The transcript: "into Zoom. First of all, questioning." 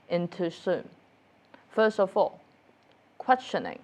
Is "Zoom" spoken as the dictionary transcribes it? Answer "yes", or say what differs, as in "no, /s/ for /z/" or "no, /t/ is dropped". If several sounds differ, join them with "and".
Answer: no, /s/ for /z/